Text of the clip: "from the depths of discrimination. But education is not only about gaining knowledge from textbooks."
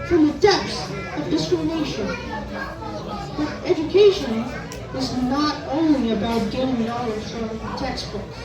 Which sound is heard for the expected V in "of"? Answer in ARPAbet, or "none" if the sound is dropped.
V